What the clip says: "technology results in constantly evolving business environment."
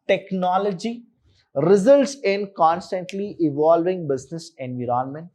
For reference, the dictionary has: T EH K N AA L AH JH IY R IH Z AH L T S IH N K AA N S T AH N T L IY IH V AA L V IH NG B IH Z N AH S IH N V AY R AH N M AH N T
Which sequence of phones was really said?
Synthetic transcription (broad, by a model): T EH K N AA L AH JH IY R IH Z AH L T S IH N K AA N S T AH N T L IY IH V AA L V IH NG B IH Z N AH S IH N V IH R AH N M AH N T